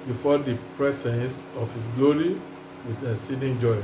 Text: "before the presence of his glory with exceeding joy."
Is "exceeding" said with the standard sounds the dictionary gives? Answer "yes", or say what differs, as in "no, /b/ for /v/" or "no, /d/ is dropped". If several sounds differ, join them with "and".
no, /k/ is dropped